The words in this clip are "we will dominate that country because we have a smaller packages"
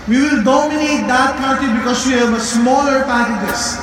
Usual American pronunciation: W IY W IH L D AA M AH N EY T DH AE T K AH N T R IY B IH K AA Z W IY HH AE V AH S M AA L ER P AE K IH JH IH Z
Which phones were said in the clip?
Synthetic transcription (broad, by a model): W IY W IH L D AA M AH N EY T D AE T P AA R T IY B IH K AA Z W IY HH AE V AH S M AA L ER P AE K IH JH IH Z